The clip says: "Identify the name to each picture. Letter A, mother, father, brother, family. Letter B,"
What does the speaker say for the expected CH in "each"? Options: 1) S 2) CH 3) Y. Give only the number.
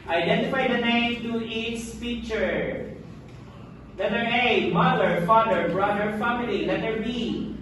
1